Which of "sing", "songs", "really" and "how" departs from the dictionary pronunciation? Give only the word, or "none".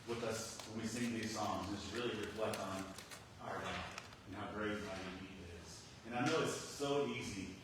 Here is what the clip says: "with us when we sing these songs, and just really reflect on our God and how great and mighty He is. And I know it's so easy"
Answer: none